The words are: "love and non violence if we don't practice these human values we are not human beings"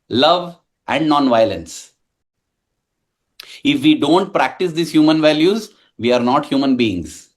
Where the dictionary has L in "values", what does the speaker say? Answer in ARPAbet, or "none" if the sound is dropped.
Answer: L